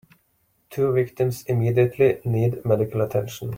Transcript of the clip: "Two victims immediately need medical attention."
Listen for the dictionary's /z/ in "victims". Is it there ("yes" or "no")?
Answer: no